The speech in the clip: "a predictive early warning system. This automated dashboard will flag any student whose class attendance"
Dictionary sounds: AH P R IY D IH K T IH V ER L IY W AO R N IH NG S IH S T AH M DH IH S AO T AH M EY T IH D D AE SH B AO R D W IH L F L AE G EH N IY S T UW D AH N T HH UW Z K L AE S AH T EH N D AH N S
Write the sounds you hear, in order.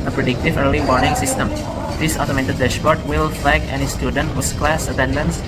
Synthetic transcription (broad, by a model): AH P R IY D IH K T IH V ER L IY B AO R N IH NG S IH S T AH M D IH S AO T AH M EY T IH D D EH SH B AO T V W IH L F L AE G EH N IY S T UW D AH N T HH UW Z K L AE S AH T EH N D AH N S